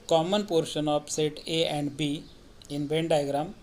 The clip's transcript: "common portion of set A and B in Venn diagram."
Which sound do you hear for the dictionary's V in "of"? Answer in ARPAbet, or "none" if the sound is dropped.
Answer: P